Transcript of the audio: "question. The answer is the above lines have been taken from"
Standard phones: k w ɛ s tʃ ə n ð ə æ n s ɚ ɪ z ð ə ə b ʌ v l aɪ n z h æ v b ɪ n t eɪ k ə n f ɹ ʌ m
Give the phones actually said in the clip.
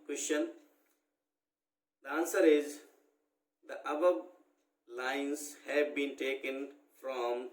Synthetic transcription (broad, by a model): k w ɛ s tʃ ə n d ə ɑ n s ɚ ɪ z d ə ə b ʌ b l aɪ n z h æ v b ɪ n t eɪ k ə n f ɹ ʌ m